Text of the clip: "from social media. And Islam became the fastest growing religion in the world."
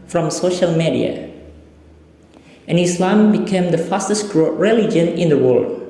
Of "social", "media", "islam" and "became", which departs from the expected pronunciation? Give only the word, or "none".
none